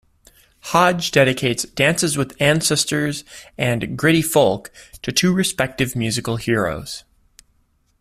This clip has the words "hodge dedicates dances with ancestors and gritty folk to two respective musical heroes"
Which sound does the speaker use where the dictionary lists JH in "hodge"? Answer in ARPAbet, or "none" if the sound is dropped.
JH